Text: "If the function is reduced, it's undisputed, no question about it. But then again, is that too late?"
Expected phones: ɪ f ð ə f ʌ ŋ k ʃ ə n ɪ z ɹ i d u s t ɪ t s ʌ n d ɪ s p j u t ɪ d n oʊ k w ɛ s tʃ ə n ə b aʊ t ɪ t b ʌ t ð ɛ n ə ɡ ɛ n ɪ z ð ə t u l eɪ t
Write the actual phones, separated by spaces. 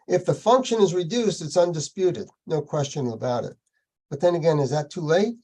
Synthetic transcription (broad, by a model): ɪ f ð ə f ʌ ŋ k ʃ ə n ɪ z ɹ i d u s t ɪ t s ʌ n d ɪ s p j u t ɪ d n oʊ k w ɛ s tʃ ə n ə b aʊ t ɪ t b ʌ t ð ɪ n ə ɡ ɛ n ɪ z ð ə t u l eɪ t